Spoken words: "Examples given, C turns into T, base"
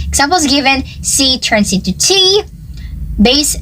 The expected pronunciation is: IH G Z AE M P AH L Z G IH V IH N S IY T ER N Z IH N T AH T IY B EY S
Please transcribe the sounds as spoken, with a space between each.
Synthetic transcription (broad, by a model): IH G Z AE M P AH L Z G IH V IH N S IY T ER N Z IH T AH T IY B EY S